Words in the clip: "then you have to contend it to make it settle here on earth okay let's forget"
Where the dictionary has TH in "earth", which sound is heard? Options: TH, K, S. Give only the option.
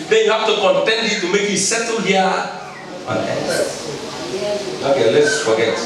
S